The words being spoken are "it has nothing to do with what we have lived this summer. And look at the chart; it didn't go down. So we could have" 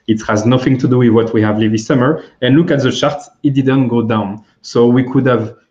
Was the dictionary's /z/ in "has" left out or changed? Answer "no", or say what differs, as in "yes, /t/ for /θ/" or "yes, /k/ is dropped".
no